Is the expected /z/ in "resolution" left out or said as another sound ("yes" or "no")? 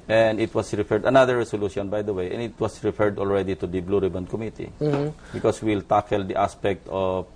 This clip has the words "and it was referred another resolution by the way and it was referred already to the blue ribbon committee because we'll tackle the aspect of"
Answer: yes